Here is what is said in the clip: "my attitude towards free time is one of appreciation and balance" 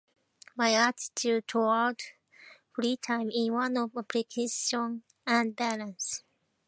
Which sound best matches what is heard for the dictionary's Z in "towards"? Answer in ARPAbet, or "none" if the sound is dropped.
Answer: none